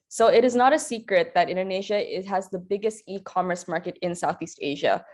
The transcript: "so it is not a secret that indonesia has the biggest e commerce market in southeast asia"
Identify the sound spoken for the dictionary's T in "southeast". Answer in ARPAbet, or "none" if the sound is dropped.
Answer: T